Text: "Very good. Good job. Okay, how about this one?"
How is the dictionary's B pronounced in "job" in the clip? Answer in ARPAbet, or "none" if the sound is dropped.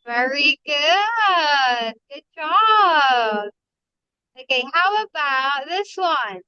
none